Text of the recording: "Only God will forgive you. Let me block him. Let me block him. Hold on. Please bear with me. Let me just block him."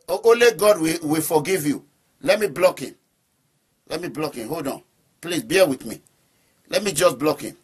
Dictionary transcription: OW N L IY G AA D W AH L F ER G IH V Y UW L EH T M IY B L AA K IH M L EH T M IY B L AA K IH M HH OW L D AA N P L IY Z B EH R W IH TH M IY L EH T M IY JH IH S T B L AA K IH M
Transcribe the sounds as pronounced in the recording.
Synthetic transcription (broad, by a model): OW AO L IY G AA D W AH W F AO G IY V Y UW L EH T M IY B L AA K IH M L EH T M IY B L AA K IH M HH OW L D AA N P L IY S B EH W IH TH M IY L EH T M IY JH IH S B L AA K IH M